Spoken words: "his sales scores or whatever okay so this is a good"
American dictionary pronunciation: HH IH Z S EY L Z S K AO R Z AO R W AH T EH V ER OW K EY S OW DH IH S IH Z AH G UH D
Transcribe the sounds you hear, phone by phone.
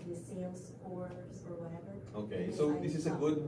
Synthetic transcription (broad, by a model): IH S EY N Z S AO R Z AO R W AH T EH V ER OW K EY S OW DH IH S IH Z AH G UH D